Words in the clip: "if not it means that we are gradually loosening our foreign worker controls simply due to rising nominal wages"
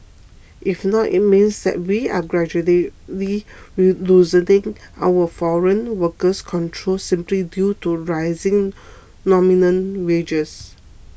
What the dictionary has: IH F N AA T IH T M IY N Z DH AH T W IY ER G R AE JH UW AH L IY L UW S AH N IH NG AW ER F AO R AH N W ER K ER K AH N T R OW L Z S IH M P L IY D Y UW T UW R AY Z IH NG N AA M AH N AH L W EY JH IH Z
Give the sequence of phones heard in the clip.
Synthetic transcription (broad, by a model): IH F N AA T IH T M IY N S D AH T W IY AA G R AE JH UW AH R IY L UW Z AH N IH NG AW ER F AO R AH N W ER K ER K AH N T R OW L S IH M P L IY D Y UW T UW R AY Z IH NG N AA M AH N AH N W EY JH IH S